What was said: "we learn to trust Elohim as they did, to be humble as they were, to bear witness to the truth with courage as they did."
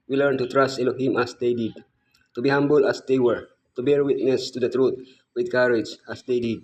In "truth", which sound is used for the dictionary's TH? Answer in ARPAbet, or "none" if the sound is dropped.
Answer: T